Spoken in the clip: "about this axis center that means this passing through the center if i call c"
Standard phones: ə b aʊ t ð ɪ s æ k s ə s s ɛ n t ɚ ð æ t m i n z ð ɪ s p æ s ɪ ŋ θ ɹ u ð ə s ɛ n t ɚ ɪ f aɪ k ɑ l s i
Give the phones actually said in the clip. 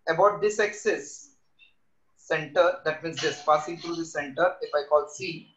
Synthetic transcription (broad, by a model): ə b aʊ t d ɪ s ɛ k s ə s s ɛ n t ɚ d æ t m i n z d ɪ s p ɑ s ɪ ŋ t ɹ u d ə s ɛ n t ɚ ɪ f aɪ k ɑ l s i